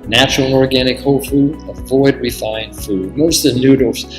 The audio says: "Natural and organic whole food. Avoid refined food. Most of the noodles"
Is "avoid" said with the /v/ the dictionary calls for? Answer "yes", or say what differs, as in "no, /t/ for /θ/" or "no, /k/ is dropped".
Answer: yes